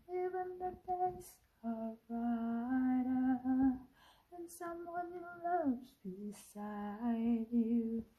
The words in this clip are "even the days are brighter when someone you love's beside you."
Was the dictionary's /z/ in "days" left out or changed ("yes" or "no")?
yes